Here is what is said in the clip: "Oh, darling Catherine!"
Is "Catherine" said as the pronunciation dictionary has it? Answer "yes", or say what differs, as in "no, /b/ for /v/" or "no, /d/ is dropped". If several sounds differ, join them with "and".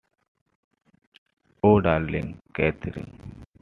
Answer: no, /t/ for /θ/